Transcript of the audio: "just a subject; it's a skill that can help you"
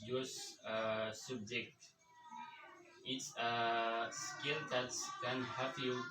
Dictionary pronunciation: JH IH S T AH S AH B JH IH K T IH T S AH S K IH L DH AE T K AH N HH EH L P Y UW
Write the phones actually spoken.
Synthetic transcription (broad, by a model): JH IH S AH S AH B JH IH K T IH T S AH S K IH L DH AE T K AH N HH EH P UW